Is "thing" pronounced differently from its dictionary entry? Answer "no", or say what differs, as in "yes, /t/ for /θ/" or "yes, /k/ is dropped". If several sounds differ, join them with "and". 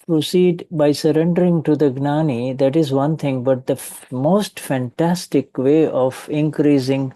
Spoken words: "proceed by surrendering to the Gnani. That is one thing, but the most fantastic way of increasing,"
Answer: yes, /t/ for /θ/